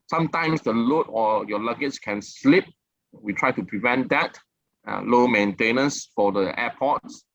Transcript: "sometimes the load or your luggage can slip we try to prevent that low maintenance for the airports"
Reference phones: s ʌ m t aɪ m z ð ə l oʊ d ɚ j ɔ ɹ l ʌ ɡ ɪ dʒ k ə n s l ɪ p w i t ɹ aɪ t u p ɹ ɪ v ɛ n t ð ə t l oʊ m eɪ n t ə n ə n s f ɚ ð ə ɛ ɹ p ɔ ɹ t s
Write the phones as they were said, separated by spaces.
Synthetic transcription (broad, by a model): s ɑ m t aɪ m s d ə l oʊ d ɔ j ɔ l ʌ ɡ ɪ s k ə n s l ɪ p w i t ɹ aɪ t u p ɹ ɪ v ɛ n t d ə t l oʊ m eɪ n t ə n ə n s f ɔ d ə ɛ p ɔ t s